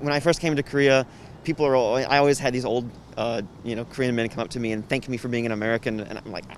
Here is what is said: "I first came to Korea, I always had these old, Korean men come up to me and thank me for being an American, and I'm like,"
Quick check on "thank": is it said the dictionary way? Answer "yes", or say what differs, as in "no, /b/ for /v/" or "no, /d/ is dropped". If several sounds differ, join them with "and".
yes